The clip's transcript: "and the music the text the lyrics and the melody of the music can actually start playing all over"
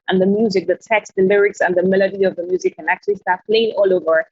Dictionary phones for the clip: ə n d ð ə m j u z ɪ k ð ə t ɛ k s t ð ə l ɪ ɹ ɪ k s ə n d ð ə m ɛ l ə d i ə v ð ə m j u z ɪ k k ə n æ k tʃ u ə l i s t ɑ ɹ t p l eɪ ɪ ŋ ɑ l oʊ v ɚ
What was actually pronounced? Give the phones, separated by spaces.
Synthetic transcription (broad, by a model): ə n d ð ə m j u z ɪ k ð ə t ɛ k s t ð ə l ɪ ɹ ɪ k s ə n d ð ə m ɛ l ə d i ə v ð ə m j u z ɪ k k ə n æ k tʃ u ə l i s t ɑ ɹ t p l eɪ ɪ ŋ ɑ l oʊ v ɚ